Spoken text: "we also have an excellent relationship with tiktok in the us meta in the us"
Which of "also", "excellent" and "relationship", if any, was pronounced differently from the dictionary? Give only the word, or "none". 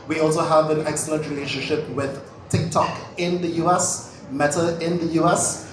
excellent